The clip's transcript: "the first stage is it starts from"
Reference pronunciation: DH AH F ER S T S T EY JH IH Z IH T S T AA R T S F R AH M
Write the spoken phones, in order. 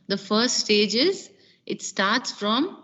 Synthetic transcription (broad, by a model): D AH F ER S T S T EY JH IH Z IH T S T AA R T S F R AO M